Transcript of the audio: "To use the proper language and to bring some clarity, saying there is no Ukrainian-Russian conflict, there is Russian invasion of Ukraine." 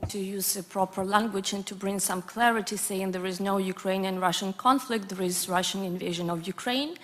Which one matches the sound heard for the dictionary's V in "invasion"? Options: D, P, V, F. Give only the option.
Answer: V